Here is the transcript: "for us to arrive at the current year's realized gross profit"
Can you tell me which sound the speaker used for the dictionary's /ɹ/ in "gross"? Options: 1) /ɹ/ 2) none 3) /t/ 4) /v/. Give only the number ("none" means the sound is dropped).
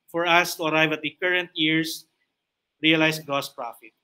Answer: 2